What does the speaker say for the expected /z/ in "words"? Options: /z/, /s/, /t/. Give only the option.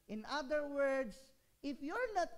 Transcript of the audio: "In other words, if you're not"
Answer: /s/